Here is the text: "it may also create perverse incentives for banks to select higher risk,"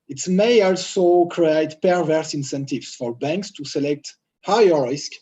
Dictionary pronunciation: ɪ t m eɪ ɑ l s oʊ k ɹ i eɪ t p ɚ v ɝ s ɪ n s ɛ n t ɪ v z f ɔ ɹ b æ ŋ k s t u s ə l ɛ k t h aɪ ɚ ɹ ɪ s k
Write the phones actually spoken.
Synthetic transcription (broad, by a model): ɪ t m eɪ ɑ l s oʊ k ɹ i eɪ t p ɚ v ɝ s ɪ n s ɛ n t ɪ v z f ɔ ɹ b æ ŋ k s t u s ə l ɛ k t h aɪ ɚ ɹ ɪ s k